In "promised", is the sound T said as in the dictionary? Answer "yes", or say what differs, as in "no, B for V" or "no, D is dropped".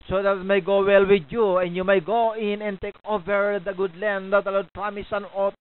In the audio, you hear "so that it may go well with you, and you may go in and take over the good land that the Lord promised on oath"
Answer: no, T is dropped